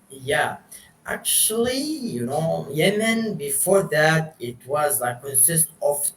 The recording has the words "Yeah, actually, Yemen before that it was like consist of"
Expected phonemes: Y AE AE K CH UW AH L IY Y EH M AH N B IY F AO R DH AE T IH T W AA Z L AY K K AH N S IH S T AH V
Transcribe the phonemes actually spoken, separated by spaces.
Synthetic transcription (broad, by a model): Y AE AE K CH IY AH N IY Y EH M AH N B IY F AO R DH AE T IH T W AA Z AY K K AH N S IH S T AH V